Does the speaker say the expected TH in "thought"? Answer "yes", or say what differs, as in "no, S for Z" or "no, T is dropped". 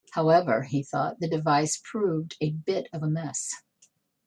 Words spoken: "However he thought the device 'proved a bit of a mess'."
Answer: yes